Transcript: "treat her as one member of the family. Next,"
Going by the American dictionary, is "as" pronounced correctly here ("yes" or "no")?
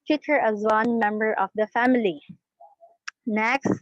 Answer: yes